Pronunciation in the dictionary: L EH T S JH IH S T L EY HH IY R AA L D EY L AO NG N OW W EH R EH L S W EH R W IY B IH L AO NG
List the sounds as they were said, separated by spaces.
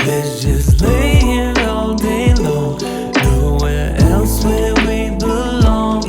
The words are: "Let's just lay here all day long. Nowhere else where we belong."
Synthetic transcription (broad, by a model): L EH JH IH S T L EY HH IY AA L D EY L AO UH N OW W EH R EH L S W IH L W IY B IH L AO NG